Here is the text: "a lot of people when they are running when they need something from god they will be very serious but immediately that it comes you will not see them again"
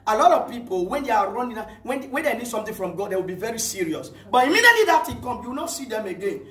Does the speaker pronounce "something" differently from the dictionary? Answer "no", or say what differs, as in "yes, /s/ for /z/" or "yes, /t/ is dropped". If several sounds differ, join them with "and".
yes, /t/ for /θ/